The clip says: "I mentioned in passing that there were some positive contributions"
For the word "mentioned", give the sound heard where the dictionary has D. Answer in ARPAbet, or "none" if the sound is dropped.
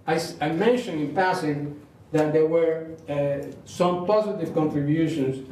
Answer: none